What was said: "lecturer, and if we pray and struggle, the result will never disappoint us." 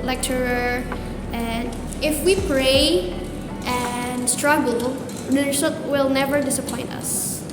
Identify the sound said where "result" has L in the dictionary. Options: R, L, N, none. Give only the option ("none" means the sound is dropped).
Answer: none